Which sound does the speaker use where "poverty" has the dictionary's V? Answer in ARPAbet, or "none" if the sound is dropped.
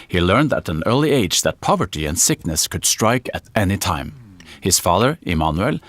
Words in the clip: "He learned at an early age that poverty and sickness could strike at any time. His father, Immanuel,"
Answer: V